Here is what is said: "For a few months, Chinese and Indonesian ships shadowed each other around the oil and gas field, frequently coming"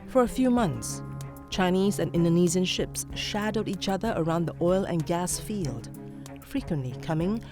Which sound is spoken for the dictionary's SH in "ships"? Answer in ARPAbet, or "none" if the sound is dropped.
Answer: SH